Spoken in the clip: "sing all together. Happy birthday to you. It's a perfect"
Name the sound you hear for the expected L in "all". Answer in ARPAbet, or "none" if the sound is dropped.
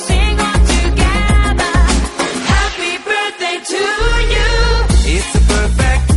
N